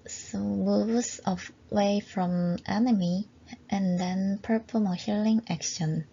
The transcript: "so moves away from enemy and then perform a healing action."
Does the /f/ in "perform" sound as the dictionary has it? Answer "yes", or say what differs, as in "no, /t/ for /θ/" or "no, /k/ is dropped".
no, /p/ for /f/